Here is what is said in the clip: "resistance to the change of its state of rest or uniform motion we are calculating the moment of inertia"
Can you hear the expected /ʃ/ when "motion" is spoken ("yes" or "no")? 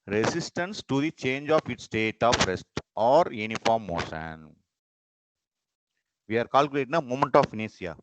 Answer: no